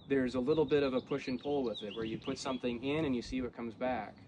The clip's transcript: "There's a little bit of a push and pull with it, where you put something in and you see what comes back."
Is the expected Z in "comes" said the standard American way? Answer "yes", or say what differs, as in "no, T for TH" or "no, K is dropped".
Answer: yes